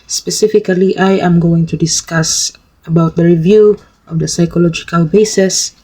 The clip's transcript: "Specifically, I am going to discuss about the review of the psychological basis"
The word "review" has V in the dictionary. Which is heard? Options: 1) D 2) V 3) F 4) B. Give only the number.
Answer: 2